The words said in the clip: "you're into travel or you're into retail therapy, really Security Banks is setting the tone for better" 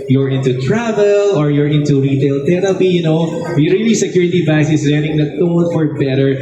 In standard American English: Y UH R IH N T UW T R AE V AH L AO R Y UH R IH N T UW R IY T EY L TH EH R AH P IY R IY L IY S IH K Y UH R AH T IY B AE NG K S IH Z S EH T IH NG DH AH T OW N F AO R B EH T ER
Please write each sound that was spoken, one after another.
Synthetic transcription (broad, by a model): Y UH R IH N T UW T R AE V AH L AO R Y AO R IH N T UW R IY T EY L T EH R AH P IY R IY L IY S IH K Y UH R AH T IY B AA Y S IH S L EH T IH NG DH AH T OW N F AO R B EH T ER